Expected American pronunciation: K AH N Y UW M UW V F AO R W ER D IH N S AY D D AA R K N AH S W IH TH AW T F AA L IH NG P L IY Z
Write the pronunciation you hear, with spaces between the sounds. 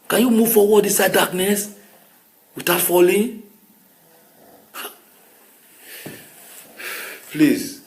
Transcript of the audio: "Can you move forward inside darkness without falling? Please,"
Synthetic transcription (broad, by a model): K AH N Y UW M UW V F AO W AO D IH S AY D D AA K N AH S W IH T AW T F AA L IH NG P L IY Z